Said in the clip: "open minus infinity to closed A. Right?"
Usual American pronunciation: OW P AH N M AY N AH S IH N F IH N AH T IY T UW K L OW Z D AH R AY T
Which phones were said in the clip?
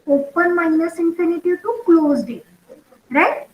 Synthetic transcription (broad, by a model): OW P AH N M AY N AH S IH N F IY N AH T IY T UW K L OW Z D AH R AY T